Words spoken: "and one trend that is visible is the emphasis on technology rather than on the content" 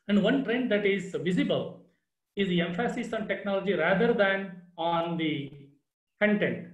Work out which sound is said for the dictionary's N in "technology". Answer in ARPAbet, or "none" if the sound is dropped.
N